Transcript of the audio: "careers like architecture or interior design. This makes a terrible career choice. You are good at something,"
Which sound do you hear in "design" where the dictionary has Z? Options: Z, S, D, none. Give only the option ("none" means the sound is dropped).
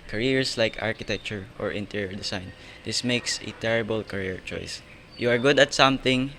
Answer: S